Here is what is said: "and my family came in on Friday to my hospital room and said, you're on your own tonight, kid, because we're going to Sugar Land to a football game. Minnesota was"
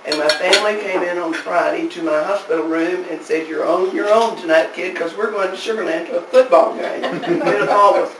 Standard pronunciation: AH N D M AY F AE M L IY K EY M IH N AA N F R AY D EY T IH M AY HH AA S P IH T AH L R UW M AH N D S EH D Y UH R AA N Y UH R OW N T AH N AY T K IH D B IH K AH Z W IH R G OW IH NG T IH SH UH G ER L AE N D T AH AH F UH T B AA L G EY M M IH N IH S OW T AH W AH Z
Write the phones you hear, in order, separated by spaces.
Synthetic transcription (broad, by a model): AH N M AY F AE M L IY K EY M IH N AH N F R AY D EY T IH M AY HH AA S P IH T L R UW M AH N S EH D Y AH R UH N Y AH R OW N T AH N AY T K IH D K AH Z W IH R G OW IH NG T IH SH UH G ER N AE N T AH AH F UH T B AA L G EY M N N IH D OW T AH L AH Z